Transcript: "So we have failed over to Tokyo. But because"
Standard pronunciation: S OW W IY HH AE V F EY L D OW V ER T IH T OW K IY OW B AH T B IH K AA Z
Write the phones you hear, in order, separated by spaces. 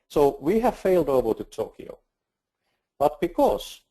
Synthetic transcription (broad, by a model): S OW W IY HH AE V F EY L D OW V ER T IH T OW K IY OW B AH T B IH K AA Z